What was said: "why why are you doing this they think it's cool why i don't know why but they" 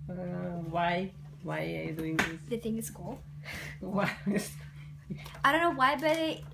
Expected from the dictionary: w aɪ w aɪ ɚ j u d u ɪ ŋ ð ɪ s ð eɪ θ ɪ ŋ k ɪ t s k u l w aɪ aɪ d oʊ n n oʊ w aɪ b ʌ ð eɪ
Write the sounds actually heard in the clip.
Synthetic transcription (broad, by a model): w aɪ w aɪ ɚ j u d u ɪ ŋ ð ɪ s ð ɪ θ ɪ ŋ ɪ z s k u l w aɪ aɪ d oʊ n n oʊ w aɪ b ʌ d